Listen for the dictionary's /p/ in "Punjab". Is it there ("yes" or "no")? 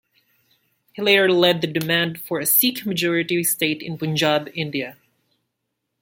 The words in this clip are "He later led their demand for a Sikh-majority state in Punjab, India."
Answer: no